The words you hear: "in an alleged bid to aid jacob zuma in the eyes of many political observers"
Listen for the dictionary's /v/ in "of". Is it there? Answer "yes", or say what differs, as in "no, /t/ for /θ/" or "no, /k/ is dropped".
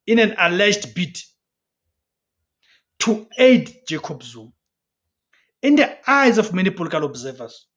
no, /f/ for /v/